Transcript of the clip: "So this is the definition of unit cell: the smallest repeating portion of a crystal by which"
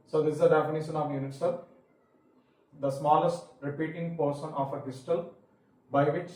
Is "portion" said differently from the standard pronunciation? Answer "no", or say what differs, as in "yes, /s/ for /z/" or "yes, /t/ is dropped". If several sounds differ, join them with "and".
yes, /s/ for /ʃ/